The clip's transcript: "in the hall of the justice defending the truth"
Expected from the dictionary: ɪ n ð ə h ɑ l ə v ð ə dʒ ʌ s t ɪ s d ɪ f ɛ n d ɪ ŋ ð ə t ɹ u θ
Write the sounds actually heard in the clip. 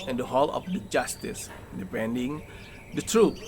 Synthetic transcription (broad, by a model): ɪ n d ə h ɑ l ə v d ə dʒ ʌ s t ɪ s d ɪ p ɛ n d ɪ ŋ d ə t ɹ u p